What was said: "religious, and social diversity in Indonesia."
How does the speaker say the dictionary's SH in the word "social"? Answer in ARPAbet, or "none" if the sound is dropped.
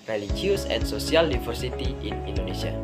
S